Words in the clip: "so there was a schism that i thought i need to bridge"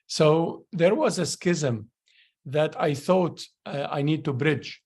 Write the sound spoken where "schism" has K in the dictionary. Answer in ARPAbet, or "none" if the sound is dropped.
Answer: K